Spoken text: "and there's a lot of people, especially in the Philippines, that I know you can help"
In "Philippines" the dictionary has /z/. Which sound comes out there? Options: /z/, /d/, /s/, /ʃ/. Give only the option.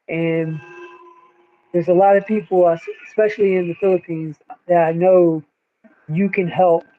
/z/